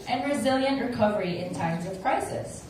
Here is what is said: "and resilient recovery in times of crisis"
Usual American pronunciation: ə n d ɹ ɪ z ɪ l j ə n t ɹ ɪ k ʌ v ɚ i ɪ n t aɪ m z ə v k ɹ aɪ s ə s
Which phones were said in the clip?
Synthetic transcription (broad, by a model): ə n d ɹ ɪ z ɪ l j ə n t ɹ ɪ k ʌ v ɚ i ɪ n t aɪ m z ə v k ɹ aɪ s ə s